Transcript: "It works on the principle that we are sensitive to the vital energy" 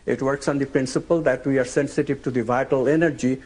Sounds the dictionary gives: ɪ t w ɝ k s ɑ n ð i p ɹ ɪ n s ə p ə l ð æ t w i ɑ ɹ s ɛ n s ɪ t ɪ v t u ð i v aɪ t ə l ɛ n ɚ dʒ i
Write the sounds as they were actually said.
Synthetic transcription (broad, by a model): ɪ t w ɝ k s ɑ n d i p ɹ ɪ n s ə p ə l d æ t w i ɑ ɹ s ɛ n s ɪ t ɪ v t u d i v aɪ t ə l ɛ n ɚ dʒ i